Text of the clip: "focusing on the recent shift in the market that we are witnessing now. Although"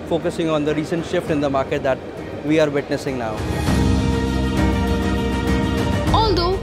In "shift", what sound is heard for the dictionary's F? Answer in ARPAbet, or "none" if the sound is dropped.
F